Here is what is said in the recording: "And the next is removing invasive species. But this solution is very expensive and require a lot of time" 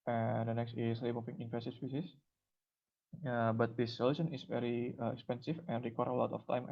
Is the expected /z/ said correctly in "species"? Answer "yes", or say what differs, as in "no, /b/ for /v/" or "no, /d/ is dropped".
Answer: no, /s/ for /z/